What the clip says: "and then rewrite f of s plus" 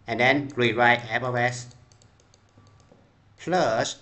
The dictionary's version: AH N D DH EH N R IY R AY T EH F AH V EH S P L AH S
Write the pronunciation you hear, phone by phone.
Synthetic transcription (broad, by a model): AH N D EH N R IY R AY T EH P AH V EH S P L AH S